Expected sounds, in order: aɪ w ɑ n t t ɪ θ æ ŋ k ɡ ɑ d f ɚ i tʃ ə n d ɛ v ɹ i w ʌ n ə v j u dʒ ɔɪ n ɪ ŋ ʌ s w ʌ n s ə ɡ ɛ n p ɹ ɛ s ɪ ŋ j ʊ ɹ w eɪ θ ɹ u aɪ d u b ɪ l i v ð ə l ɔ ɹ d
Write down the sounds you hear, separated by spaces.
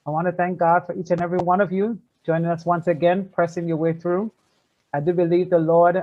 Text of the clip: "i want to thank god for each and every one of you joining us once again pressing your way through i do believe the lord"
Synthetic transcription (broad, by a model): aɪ w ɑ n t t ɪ θ æ ŋ k ɡ ɑ d f ɚ i tʃ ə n ɛ v ɹ i w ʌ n ə v j u dʒ ɔɪ n ɪ ŋ ʌ s w ʌ n s ə ɡ ɛ n p ɹ ɛ s ɪ ŋ j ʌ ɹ w eɪ θ ɹ u aɪ d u b ɪ l i v ð ə l ɔ ɹ d